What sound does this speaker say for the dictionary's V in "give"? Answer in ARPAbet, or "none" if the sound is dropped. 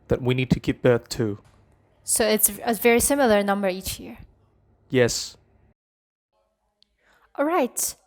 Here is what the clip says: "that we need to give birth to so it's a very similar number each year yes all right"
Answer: P